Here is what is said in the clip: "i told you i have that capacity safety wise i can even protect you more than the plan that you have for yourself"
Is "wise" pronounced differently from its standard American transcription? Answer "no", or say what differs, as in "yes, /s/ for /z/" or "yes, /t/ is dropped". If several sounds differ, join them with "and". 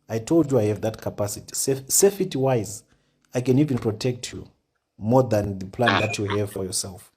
no